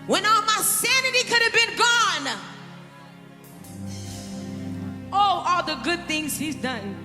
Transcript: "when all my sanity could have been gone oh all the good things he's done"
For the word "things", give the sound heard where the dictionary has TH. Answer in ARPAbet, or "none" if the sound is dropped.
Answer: TH